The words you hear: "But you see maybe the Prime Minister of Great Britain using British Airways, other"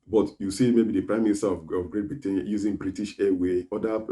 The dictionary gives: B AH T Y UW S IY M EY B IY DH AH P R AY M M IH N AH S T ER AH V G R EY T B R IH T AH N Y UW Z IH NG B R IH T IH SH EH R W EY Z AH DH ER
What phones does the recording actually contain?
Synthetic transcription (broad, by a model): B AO T Y UW S IY M EY B IY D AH P R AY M M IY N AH S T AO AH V G R EY T B R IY T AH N Y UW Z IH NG B R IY T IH SH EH W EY AO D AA